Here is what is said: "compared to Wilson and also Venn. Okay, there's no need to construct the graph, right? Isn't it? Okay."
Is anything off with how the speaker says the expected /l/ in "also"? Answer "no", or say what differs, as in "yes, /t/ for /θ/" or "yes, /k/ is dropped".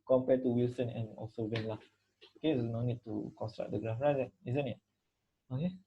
no